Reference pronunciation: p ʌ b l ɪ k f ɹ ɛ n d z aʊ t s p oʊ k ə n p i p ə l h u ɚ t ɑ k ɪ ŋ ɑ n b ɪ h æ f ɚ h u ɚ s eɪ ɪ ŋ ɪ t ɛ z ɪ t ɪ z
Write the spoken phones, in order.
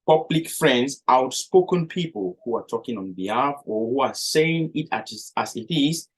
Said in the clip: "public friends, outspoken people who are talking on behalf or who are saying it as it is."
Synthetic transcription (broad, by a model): p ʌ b l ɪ k f ɹ ɛ n d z aʊ t s p oʊ k ə n p i p ə l h u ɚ t ɑ k ɪ ŋ ɑ n b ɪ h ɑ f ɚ h u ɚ s eɪ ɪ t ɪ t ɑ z ɪ t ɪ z